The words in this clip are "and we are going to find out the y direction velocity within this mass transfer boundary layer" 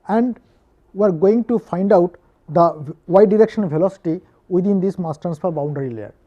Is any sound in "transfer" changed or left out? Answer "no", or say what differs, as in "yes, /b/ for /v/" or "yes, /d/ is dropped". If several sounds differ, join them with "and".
yes, /ɹ/ is dropped